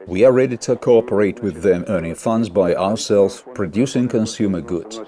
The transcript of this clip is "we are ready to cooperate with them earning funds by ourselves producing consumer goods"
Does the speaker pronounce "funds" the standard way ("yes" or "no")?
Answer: yes